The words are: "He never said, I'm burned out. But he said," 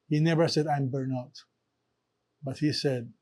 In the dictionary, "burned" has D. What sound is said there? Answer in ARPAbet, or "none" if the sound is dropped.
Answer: none